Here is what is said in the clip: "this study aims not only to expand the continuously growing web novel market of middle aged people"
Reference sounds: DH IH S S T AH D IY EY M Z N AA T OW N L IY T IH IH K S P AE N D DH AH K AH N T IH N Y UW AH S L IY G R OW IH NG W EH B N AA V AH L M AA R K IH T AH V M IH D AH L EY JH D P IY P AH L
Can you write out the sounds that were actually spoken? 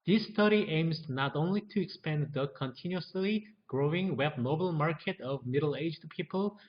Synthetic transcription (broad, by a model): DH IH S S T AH D IY EY M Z N AA T OW N L IY T IH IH K S P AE N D DH AH K AH N T IH N Y UW AH S L IY G R OW IH NG W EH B N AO AH L M AA R K IH T AH V M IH D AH L EY JH D P IY P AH L